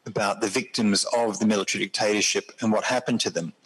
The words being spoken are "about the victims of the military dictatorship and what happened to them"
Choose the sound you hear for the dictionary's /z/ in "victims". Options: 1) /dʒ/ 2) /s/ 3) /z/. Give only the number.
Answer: 3